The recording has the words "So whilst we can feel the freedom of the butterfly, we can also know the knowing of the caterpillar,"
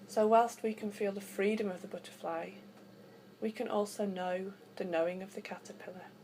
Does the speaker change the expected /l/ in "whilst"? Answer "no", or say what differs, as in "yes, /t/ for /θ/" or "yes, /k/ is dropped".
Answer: no